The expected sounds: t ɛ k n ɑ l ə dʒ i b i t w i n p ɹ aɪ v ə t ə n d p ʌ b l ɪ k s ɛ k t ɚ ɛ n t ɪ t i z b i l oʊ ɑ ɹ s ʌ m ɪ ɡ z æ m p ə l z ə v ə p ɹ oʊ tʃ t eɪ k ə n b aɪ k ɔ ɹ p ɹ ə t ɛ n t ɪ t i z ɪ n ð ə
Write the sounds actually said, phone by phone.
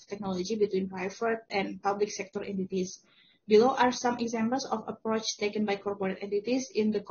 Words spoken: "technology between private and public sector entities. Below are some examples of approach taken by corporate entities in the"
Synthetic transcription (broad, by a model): t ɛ k n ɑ l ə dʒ i b i t w i n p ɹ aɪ f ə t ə n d p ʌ b l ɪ k s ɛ k t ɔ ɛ n t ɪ t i s b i l oʊ ɑ ɹ s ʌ m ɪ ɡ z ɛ m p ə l s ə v ə p ɹ oʊ tʃ t eɪ k ə n b aɪ k ɔ ɹ p ɹ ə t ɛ n t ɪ t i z ɪ n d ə